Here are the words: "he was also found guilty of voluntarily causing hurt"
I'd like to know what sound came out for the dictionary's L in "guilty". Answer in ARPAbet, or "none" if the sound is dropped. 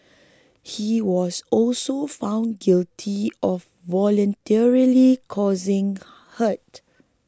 L